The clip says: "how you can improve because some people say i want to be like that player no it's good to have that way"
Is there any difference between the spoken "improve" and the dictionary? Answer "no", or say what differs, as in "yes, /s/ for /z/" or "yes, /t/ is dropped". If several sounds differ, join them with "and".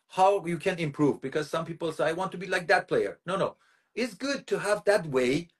no